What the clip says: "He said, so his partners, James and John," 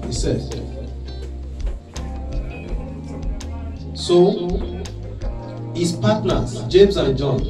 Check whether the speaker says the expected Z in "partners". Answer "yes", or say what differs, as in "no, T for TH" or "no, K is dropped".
no, Z is dropped